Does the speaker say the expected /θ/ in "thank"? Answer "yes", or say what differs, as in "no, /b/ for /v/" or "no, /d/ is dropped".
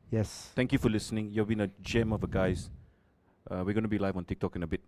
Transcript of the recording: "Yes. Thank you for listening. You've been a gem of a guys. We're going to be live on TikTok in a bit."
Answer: no, /t/ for /θ/